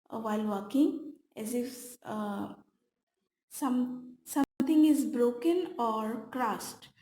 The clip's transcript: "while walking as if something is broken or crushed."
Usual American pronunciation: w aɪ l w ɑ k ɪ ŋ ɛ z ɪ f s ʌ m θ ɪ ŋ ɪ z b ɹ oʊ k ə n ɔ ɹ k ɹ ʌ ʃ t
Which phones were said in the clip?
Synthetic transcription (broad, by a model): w aɪ l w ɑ k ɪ ŋ ɛ z ɪ f s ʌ m s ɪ ŋ ɪ z b ɹ oʊ k ə n ɔ ɹ k ɹ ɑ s t